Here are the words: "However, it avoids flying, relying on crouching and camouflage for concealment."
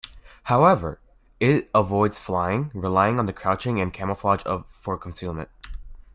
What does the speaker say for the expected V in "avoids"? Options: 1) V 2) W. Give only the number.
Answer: 1